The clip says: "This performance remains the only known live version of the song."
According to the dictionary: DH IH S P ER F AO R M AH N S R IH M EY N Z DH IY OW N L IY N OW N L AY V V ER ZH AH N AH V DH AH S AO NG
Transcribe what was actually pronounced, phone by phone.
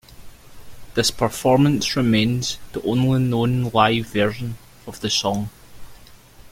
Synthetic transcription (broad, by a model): DH IH S P ER F AO R M AH N S R IH M EY N Z DH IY OW N L IY N OW N L AY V V ER ZH AH N AH V DH AH S AO NG